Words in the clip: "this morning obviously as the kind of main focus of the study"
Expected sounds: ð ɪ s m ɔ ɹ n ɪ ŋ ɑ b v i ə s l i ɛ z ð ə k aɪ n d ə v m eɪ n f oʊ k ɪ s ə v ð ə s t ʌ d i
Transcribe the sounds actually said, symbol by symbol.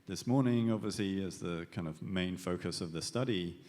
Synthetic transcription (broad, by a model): ð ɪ s m ɔ ɹ n ɪ ŋ ɑ b v i ə s l i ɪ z ð ə k aɪ n d ə v m eɪ n f oʊ k ɪ s ə v ð ə s t ʌ d i